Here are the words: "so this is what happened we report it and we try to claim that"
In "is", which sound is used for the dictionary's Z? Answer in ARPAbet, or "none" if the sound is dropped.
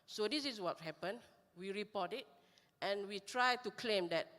S